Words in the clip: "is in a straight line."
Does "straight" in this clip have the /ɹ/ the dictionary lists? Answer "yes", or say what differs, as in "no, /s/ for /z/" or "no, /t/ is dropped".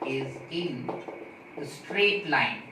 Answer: yes